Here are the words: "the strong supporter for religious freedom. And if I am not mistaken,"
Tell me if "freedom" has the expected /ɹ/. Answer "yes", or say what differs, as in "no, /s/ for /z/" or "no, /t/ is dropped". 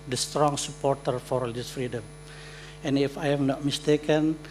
yes